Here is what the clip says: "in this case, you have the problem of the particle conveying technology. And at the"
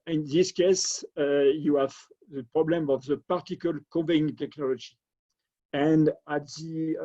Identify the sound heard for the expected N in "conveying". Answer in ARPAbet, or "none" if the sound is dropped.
none